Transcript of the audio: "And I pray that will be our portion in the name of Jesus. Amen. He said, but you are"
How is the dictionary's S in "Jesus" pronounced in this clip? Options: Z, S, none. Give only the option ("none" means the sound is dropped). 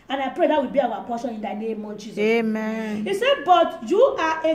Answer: none